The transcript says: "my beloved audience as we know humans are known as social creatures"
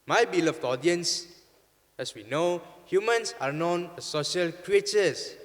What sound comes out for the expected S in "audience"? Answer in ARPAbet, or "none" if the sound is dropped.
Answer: S